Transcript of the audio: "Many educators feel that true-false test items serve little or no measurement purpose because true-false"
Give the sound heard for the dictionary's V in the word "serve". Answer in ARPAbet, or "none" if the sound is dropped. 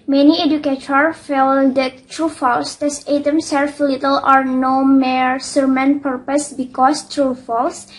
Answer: F